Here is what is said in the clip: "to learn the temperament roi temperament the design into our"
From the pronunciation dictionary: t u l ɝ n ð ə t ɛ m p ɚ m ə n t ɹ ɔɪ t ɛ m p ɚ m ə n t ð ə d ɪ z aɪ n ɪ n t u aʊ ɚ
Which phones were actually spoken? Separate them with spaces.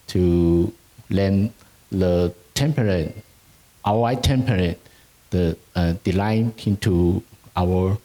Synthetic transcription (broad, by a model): t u l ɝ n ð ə t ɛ m p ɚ ə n t w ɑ t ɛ m p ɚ ə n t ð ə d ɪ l aɪ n ɪ n t u aʊ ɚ